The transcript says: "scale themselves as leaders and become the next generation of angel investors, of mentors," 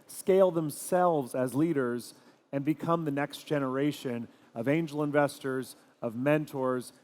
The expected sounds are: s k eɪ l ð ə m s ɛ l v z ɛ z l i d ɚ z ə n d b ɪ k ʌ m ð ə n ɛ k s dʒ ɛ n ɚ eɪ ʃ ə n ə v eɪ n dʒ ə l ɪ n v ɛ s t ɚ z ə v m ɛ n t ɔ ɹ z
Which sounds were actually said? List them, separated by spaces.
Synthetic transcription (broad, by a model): s k eɪ l ð ə m s ɛ l v z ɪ z l i d ɚ z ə n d b ɪ k ʌ m ð ə n ɛ k s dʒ ɛ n ɚ eɪ ʃ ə n ə v eɪ n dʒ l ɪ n v ɛ s t ɚ z ə v m ɛ n t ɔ ɹ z